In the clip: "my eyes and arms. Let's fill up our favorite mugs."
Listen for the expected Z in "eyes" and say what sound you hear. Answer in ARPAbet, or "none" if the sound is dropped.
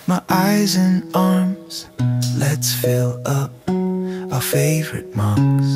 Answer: Z